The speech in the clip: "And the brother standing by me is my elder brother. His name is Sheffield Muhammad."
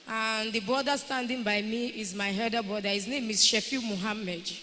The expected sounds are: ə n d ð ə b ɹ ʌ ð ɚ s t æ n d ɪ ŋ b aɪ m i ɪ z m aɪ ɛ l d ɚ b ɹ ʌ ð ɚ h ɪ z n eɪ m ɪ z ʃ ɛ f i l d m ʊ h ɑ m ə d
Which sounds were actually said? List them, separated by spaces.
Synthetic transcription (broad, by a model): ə n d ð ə b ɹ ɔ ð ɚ s t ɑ n d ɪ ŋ b aɪ m i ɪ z m aɪ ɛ d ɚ b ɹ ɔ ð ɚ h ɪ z n eɪ m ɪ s ʃ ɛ f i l m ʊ h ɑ m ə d